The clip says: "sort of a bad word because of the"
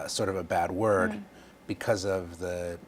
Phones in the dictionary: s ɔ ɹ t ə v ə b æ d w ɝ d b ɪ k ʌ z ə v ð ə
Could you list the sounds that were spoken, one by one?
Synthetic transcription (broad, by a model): s ɔ ɹ t ə v ə b æ d w ɝ d b ɪ k ʌ z ə v ð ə